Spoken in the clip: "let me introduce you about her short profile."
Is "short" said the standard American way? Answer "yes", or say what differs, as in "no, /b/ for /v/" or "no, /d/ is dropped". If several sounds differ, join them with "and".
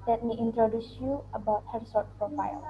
no, /s/ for /ʃ/